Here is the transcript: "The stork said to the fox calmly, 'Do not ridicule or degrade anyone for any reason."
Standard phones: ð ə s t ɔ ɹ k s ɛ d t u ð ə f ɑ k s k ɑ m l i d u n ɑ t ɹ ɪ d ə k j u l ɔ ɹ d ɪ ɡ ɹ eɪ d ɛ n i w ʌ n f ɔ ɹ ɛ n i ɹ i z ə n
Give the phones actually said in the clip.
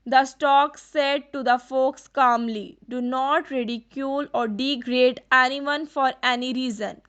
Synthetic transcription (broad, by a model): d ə s t ɔ k s ɛ d t u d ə f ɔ k s k ɑ m l i d u n ɑ t ɹ ɪ d ə k j u l ɔ ɹ d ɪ ɡ ɹ eɪ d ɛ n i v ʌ n f ɔ ɹ ɛ n i ɹ i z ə n